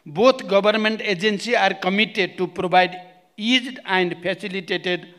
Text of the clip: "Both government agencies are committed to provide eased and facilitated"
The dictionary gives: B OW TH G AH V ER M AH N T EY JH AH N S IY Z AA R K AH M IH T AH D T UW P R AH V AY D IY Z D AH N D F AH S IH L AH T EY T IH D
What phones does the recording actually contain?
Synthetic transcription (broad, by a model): B OW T G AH B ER M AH N T EY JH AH N S IY AA R K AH M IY T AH D T UW P R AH B AY D IY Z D AH N D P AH S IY L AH T EY T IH D